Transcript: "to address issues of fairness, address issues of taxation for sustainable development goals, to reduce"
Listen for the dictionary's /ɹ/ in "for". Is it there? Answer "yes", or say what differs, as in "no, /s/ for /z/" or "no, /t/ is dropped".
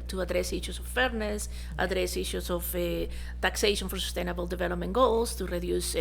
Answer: yes